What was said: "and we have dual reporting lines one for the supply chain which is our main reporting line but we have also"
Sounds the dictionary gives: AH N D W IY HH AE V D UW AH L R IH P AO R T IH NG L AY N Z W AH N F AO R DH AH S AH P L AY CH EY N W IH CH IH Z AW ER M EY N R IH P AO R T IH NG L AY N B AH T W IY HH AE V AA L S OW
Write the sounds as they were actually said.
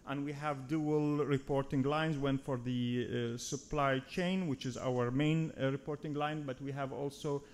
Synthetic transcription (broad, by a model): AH N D W IY HH AE V D UW AH L R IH P AO R T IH NG L AY N Z W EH N F AO R DH AH S AH P L AY CH EY N W IH CH IH Z AW ER M EY N R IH P AO R T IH NG L AY N B AH T W IY HH AE V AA L S OW